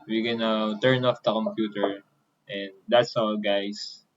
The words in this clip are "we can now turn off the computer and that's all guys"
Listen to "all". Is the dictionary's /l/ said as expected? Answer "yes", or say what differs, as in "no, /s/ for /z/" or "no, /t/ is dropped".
no, /w/ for /l/